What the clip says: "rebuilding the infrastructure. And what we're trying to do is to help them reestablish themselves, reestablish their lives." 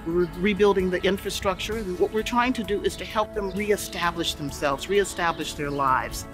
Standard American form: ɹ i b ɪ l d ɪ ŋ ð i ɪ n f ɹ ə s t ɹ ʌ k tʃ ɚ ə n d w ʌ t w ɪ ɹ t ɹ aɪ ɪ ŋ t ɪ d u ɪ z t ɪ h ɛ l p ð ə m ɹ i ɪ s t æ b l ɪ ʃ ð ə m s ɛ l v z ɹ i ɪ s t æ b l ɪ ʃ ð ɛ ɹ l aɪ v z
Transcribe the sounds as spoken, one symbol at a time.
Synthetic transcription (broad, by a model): ɹ i b ɪ l d ɪ ŋ ð i ɪ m f ɹ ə s t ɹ ʌ k tʃ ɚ ə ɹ w ʌ t w ɪ ɹ t ɹ aɪ ɪ ŋ t ɪ d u ɪ z t ɪ h ɛ l p ð ə m ɹ i ɪ s t æ b l ɪ ʃ ð ə m s ɛ l v z ɹ i ɪ s t æ b l ɪ ʃ ð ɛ ɹ l aɪ v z